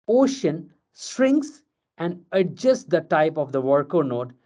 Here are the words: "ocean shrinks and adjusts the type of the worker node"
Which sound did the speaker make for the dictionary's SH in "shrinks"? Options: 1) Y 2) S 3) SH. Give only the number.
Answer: 2